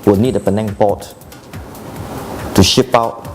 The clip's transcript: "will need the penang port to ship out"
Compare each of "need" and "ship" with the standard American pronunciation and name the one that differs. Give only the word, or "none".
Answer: none